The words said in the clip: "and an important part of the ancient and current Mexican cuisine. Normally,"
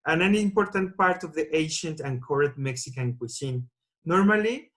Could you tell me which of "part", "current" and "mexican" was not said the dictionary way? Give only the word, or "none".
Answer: current